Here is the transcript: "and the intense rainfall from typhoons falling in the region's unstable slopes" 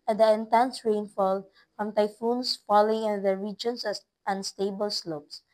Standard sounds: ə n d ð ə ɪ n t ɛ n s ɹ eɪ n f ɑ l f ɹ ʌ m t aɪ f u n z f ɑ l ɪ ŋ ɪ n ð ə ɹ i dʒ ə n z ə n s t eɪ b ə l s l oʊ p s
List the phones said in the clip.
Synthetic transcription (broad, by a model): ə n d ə ɪ n t ɛ n s ɹ eɪ n f ɑ l f ɹ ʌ m t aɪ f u n s f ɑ l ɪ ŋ ɪ n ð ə ɹ i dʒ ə n s ə n s t eɪ b ə l s l oʊ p s